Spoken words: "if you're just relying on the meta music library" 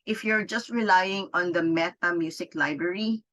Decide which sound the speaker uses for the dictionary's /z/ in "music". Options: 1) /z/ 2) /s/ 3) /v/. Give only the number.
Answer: 2